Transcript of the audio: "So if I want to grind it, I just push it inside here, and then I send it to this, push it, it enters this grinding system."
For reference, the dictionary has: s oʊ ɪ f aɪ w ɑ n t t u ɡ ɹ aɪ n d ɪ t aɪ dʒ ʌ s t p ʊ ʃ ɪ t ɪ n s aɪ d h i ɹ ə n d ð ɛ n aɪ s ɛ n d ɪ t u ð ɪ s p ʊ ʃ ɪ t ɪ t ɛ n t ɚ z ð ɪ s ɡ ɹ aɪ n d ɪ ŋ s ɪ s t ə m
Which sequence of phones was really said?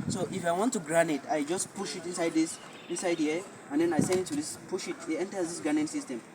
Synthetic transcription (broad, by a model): s oʊ ɪ f aɪ w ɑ n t t u ɡ ɹ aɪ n ɪ t aɪ dʒ ʌ s t p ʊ ʃ ɪ t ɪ n s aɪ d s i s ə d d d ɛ n aɪ s ɛ n d ɪ t u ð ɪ s p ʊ ʃ ɪ t ɪ t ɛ n t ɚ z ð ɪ s ɡ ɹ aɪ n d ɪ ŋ s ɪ s t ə m